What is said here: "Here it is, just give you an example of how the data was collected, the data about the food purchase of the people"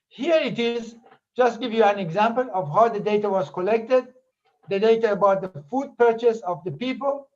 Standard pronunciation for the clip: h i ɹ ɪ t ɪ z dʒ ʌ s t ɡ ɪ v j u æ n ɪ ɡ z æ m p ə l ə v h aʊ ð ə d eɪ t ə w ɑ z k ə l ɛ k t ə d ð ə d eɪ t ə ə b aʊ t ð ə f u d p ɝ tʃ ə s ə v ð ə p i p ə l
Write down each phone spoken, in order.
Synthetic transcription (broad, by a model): h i ɹ ɪ t ɪ z dʒ ʌ s t ɡ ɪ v j u æ n ɪ ɡ z æ m p ə l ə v h aʊ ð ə d eɪ t ə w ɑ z k ə l ɛ k t ə d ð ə d eɪ t ə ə b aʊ t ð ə f u d p ɝ tʃ ə s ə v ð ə p i p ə l